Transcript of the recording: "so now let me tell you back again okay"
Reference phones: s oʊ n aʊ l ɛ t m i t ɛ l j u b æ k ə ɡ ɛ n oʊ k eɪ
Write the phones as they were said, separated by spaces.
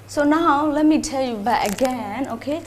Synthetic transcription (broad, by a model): s oʊ n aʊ l ɛ t m i t ɛ l j u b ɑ ə ɡ ɛ n oʊ k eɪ